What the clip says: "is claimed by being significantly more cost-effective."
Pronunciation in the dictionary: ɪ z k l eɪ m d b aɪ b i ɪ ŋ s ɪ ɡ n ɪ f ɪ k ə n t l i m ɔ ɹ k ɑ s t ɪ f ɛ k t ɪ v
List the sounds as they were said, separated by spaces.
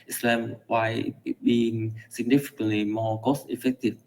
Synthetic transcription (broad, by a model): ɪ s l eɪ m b aɪ b i ɪ ŋ s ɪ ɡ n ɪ f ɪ k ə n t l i m ɔ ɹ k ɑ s ɪ f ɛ k t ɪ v